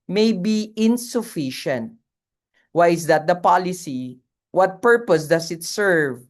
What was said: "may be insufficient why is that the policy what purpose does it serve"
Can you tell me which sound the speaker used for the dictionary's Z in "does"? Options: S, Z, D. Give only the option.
S